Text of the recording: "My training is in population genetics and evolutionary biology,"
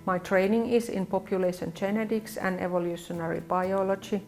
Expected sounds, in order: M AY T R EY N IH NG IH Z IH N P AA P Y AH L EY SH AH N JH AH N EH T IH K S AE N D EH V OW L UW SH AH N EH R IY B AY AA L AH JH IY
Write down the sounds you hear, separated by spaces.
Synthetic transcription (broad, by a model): M AY T R EY N IH NG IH S IH N P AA P Y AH L EY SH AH N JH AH N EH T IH K S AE N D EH V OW L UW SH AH N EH R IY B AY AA L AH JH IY